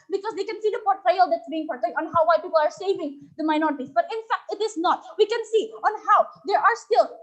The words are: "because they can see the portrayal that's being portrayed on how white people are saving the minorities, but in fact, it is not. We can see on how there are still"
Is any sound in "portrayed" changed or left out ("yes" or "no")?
yes